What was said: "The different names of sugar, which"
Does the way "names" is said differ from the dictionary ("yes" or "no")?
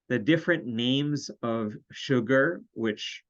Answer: no